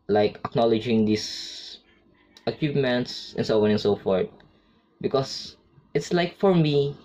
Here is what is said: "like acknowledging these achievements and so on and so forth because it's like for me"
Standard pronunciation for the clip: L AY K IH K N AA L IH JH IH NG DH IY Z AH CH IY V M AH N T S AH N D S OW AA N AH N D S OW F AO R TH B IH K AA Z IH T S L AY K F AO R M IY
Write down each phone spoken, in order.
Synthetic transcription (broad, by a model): L AY K IH K N AA L IH JH IH NG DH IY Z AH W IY P M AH N T S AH N S OW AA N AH N S OW F AO R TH B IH K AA S IH T S L AY K F AO R M IY